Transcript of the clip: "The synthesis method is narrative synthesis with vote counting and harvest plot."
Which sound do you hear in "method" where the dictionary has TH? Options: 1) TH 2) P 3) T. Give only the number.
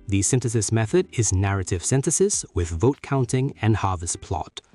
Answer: 1